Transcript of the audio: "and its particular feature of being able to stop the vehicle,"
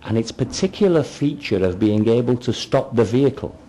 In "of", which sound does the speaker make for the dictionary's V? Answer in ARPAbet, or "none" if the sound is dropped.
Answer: V